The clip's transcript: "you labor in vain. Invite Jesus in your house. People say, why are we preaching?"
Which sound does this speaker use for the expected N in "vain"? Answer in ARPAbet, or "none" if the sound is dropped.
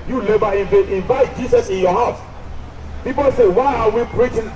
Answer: none